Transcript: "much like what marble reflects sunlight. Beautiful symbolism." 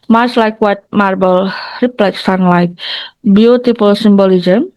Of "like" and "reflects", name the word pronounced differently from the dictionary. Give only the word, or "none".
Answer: reflects